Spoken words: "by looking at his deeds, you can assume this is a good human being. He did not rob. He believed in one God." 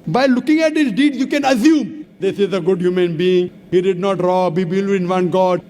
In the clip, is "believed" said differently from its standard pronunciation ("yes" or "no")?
yes